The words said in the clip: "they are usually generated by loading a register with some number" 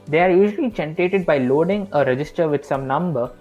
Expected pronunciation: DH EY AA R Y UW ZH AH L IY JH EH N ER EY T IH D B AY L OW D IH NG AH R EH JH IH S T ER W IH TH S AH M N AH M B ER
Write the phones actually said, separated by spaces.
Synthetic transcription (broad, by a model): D EY AA R Y UW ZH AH L IY CH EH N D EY T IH D B AY L OW D IH NG AH R EH JH IH S T ER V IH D S AH M N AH M B ER